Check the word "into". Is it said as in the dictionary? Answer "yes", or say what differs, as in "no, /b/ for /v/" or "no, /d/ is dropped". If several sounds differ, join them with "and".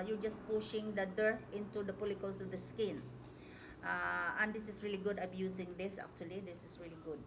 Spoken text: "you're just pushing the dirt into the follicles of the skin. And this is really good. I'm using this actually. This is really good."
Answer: yes